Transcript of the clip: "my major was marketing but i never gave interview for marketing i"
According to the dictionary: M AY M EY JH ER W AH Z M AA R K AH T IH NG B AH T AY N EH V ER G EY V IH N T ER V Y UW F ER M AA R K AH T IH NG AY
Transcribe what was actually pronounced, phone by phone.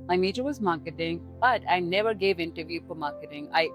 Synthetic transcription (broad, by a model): M AY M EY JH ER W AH Z M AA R K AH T IH NG B AH T AY N EH V ER G EY V IH N T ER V Y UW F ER M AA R K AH T IH NG AY